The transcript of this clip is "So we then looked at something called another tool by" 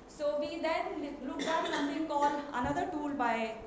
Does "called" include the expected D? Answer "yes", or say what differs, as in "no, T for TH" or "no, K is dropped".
no, D is dropped